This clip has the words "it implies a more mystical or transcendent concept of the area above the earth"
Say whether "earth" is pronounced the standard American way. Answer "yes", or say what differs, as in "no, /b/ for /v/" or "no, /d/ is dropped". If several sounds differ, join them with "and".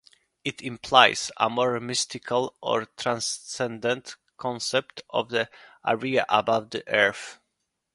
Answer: no, /f/ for /θ/